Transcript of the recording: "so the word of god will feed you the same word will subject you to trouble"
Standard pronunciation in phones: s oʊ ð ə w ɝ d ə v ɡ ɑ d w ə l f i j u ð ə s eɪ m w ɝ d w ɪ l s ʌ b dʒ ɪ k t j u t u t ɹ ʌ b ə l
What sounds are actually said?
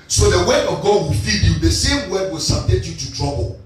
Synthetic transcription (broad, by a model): s oʊ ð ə w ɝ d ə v ɡ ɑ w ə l f i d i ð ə s eɪ m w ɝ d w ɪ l s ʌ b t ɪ t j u t u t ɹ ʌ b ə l